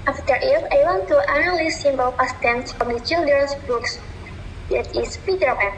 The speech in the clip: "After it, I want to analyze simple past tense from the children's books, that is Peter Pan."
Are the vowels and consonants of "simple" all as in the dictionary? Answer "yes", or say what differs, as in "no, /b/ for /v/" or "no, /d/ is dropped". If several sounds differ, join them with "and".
no, /b/ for /p/